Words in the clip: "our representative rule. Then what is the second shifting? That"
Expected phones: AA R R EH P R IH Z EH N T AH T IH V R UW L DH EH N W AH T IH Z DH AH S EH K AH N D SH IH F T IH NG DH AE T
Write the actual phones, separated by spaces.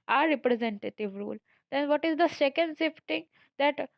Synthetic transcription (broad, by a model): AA R R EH P R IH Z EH N T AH T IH V R UW L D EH N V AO T IH Z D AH S EH K AH N D S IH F T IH NG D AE T